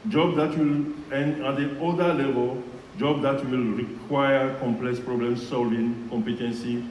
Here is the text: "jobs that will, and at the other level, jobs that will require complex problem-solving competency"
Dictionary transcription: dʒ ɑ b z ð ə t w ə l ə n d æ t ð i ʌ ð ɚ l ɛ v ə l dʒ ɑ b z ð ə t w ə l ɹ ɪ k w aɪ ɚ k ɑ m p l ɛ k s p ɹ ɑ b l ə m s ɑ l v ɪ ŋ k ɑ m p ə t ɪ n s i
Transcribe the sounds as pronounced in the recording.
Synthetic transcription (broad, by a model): dʒ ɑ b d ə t w ə l ə n d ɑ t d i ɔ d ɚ l ɛ v ə l dʒ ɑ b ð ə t w ə l ɹ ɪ k w aɪ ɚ k ɑ m p l ɛ k s p ɹ ɑ b l ə m s ɑ l v ɪ ŋ k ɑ m p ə t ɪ n s i